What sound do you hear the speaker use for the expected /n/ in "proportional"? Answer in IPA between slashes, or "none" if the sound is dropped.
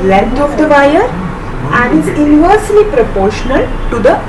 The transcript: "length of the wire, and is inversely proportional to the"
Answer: /n/